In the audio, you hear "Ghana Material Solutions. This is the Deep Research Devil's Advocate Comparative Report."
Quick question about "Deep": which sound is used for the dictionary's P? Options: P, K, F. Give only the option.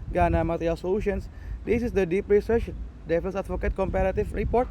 P